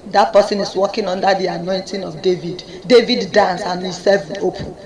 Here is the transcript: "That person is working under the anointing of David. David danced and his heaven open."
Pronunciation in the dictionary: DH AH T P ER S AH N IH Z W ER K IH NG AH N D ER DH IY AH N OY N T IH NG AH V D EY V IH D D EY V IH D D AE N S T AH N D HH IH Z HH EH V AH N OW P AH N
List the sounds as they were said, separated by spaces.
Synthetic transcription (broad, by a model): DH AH T P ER S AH N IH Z W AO K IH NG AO N D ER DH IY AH N OY N T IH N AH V D EY V IH D D EY V IH D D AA N S AH N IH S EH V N OW P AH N